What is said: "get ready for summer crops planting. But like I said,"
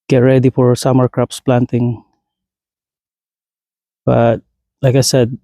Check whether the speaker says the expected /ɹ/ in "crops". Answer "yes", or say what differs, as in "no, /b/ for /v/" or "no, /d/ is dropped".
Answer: yes